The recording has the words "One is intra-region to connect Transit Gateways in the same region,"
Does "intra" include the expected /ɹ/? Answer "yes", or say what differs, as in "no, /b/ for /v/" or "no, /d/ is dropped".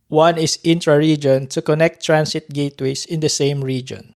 yes